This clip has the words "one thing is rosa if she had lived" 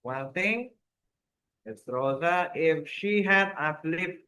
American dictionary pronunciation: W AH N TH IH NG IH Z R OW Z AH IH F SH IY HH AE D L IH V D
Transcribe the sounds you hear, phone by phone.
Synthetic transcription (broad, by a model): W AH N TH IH NG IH S R OW Z AH IH F SH IY HH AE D L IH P